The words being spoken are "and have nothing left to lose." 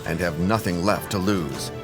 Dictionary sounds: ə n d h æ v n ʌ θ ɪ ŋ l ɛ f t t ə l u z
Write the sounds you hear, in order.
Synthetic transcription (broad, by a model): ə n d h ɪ v n ʌ θ ɪ ŋ l ɛ f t t ə l u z